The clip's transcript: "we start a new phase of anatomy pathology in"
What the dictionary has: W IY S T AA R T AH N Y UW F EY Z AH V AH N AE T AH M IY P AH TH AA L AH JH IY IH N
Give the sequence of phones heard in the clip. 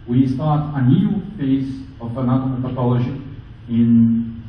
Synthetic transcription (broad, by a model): W IY S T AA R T AH N Y UW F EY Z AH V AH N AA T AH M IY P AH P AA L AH SH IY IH N